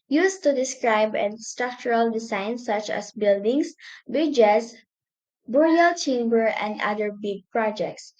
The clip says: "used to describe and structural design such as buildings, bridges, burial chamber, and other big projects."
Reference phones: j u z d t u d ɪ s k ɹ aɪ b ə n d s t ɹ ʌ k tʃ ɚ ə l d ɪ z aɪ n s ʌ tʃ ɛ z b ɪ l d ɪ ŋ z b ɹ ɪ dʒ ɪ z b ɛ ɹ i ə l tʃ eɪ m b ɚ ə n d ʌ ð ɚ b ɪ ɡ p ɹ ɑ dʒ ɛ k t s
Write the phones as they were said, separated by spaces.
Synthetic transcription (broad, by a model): j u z t u d ɪ s k ɹ aɪ b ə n s t ɹ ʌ k tʃ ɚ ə l d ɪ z aɪ n s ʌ tʃ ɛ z b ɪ l d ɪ ŋ s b ɪ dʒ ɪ s b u ɹ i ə l tʃ eɪ m b ɚ ə n d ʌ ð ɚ b ɪ ɡ p ɹ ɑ dʒ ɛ k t s